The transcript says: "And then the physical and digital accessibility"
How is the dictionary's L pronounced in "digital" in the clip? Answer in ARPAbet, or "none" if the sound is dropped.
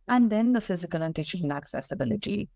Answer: N